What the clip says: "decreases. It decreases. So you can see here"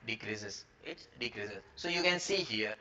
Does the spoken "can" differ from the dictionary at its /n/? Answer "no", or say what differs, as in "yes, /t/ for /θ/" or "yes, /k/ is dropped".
no